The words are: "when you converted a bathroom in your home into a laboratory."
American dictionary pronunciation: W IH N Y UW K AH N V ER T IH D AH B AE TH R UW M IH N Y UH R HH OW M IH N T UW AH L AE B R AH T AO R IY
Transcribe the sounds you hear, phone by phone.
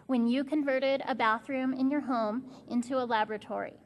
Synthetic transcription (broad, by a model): W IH N Y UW K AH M V ER T IH D AH B AE TH R UW M IH N Y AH R HH OW M IH N T UW AH L AE B R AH T AO R IY